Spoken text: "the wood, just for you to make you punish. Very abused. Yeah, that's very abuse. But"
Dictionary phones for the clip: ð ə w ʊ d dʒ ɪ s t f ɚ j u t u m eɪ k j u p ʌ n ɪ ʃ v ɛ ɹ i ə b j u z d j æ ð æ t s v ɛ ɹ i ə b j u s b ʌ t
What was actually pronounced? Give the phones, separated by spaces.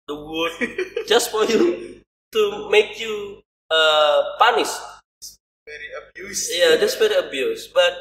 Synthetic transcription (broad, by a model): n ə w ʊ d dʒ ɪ s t f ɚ j u t u m eɪ k j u p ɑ n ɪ s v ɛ ɹ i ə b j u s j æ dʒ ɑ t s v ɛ ɹ i ə b j u s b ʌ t